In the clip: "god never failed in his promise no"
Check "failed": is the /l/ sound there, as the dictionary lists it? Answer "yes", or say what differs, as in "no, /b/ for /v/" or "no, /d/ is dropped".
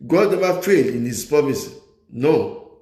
no, /l/ is dropped